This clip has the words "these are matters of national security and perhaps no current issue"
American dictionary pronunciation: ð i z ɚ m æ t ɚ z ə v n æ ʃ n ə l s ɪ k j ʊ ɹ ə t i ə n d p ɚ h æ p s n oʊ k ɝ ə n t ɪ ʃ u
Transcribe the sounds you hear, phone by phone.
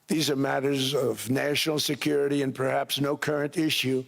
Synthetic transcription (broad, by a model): ð i z ɚ m æ t ɚ z ə v n æ ʃ n l s ɪ k j ʊ ɹ ə t i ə n p ɚ h æ p s n oʊ k ɝ ə n t ɪ ʃ u